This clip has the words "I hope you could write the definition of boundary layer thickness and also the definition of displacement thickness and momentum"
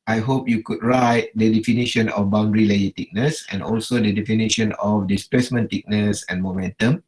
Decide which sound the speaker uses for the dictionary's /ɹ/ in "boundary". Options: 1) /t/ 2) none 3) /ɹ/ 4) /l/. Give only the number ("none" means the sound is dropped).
3